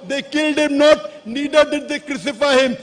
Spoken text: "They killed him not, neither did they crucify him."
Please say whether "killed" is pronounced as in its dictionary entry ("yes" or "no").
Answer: yes